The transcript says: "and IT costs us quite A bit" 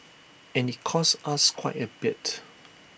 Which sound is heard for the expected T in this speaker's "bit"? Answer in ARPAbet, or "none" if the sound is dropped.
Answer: T